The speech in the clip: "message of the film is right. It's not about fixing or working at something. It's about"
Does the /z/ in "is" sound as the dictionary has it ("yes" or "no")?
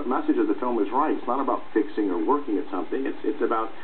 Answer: yes